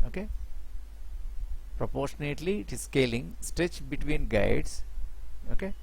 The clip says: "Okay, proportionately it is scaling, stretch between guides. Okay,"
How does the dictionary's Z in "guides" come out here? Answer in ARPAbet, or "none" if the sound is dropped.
S